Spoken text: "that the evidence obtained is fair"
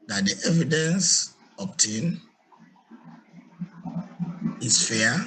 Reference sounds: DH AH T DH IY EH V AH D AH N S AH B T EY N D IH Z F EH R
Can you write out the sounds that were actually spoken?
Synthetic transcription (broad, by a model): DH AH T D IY EH V AH D AH N S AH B T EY N IH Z F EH